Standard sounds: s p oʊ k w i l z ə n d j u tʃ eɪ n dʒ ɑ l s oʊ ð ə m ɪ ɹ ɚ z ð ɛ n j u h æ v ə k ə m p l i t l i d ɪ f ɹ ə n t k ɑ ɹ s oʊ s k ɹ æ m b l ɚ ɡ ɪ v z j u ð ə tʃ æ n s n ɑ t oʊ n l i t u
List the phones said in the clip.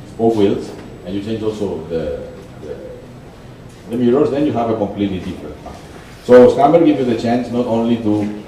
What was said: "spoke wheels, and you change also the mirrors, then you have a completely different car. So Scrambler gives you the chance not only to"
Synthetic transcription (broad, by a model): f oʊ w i l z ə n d j u tʃ eɪ n dʒ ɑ l s oʊ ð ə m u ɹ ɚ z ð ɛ n j u h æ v ə k ə m p l i t l i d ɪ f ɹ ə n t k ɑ s oʊ s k æ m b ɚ ɡ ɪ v j u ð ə tʃ æ n s n ɑ t oʊ n l i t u